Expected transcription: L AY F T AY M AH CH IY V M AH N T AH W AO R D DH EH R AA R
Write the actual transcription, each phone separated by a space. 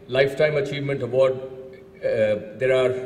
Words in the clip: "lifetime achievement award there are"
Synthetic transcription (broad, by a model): L AY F T AY M AH CH IY V M AH N T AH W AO R D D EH R AA R